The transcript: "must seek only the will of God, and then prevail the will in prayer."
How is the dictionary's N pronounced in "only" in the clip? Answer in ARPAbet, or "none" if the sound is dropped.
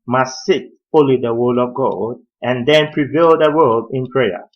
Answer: none